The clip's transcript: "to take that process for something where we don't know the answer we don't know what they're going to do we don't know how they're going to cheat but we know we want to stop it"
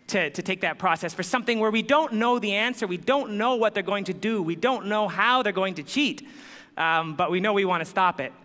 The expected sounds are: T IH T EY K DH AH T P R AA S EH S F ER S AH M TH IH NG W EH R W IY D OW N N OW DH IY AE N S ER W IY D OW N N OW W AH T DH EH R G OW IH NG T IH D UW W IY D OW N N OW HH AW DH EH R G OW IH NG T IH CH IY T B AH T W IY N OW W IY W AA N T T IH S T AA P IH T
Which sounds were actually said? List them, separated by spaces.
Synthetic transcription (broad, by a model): T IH T EY K DH AH T P R AA S EH S F ER S AH M TH IH NG W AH R W IY D OW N N OW DH IY AE N S ER W IY D OW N N OW W AH T DH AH R G OW IH NG T IH D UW W IY D OW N N OW HH AW DH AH R G OW IH NG T IH CH IY T B AH T W IY N OW W IY W AA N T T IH S T AA P IH T